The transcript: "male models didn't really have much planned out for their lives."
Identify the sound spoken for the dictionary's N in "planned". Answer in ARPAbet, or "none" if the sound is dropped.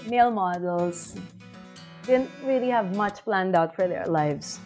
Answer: N